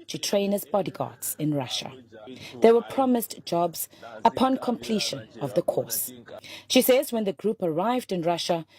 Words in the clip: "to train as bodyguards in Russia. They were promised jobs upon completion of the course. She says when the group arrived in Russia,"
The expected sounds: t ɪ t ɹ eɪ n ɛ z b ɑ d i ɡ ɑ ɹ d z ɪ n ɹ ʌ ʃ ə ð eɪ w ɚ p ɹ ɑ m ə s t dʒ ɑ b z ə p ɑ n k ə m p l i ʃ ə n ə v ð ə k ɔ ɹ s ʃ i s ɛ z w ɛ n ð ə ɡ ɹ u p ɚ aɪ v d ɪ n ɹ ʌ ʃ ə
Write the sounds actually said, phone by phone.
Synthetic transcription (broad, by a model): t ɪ t ɹ eɪ n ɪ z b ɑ d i ɡ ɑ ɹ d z ɪ n ɹ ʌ ʃ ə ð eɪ w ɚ p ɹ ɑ m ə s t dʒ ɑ b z ə p ɑ n k ə m p l i ʃ ə n ə v ð ə k ɔ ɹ s ʃ i s ɛ z w ɛ n ð ə ɡ ɹ u p ɚ aɪ v d ɪ n ɹ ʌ ʃ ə